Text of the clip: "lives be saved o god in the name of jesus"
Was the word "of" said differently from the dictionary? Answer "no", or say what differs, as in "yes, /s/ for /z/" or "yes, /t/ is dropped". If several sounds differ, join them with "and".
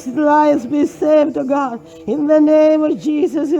no